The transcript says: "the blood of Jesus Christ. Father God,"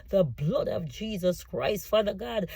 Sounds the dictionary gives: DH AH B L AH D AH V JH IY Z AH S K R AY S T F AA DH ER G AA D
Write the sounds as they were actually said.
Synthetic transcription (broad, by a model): DH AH B L AH D AH V JH IY Z AH S K R AY S T F AA DH ER G AA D